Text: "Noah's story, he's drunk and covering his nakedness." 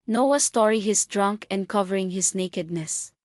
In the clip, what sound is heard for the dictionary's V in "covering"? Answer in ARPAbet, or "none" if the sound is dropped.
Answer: V